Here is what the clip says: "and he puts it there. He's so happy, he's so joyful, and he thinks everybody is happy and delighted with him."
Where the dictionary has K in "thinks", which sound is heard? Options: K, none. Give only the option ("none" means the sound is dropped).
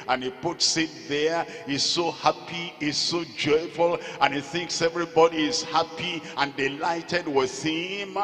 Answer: K